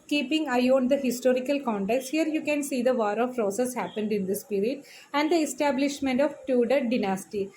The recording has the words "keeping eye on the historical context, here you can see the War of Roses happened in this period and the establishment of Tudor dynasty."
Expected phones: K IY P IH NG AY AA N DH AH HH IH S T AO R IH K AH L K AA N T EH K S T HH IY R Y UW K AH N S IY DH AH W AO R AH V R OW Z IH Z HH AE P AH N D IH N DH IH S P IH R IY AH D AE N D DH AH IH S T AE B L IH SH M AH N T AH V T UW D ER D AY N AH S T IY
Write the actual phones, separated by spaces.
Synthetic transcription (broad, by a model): K IY P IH NG AY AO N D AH HH IH S T AO R IH K AH L K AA N T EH K S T HH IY R Y UW K AH N S IY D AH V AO R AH P R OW S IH S HH AE P AH N D IH N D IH S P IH R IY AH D AE N D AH IH S T AE B L IH SH M AH N T AH V T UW D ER D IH N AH S T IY